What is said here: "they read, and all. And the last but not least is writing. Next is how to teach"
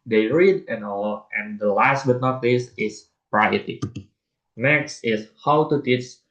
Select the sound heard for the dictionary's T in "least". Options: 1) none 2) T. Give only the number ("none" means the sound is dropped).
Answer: 1